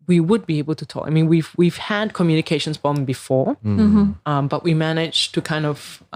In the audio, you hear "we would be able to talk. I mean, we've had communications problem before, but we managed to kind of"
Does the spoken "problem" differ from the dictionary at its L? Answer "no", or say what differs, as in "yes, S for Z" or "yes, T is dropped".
yes, L is dropped